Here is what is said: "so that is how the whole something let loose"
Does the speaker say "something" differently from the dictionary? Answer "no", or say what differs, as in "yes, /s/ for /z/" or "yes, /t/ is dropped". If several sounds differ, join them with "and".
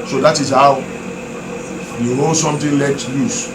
yes, /t/ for /θ/